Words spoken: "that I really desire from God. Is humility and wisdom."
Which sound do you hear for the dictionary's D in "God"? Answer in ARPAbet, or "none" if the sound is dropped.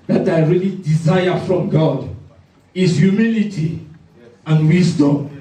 D